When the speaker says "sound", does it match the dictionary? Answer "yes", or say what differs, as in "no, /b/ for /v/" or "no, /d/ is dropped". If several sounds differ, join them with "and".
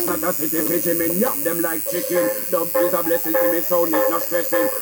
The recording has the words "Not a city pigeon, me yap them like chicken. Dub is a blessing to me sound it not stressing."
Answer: no, /d/ is dropped